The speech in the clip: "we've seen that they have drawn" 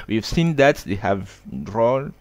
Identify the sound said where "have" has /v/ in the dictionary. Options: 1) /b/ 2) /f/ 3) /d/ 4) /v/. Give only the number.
4